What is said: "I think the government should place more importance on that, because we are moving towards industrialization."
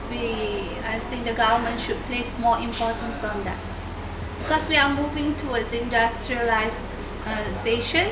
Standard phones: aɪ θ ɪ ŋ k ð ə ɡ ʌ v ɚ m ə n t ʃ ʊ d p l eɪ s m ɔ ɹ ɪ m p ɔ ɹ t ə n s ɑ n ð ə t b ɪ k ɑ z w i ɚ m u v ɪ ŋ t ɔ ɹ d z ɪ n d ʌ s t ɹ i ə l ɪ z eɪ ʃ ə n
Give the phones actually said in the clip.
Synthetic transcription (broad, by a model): aɪ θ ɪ ŋ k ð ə ɡ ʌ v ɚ m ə n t ʃ ʊ d p l eɪ s m ɔ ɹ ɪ m p ɔ t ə n s ɑ n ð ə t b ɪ k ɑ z w i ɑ m u v ɪ ŋ t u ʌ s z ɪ n d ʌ s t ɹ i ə l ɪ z eɪ ʃ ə n